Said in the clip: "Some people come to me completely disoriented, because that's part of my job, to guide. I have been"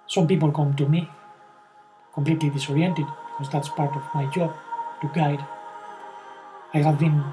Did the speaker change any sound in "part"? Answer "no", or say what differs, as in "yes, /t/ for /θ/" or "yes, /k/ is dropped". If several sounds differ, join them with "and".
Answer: no